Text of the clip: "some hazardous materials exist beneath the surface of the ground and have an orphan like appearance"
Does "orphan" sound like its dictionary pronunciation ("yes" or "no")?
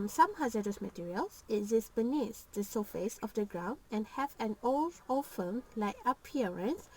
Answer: no